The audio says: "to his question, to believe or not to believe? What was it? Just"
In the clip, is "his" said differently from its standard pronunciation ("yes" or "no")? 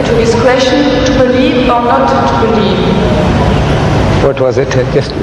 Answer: yes